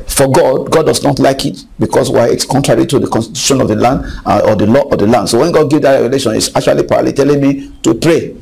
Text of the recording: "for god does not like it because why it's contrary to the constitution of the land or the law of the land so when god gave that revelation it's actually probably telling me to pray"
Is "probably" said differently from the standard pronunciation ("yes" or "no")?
yes